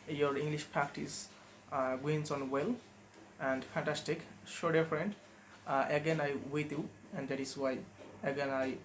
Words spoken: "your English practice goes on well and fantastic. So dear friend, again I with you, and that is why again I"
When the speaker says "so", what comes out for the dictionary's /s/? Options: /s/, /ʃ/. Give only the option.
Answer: /ʃ/